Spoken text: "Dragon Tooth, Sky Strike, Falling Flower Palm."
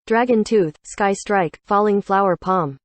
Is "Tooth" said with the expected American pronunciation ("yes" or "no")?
yes